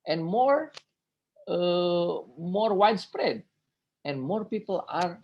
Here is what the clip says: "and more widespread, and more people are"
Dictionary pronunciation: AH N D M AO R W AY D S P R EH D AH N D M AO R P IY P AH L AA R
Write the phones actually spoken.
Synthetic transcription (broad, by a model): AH N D M AO R W AY D S P R EH D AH N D M AO R P IY P AH L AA R